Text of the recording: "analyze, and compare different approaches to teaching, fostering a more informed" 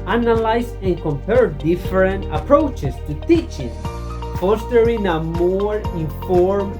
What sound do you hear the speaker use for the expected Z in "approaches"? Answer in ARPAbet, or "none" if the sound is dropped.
S